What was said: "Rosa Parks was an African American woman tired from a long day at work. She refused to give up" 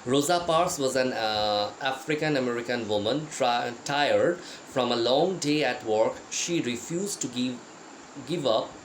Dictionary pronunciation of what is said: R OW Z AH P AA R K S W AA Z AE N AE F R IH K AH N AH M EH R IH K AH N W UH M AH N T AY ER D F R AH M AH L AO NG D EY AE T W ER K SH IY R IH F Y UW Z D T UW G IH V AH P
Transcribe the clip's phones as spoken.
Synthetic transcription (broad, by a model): R OW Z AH P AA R S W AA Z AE N AE F R IH K AH N AH M EH R IH K AH N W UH M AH N T AY ER D F R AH M AH L AO NG D EY AE T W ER K SH IY R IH F Y UW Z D T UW G IH V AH P